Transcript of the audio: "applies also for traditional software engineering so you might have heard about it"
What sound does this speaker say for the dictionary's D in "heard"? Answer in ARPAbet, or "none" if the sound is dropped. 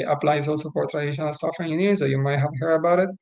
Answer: none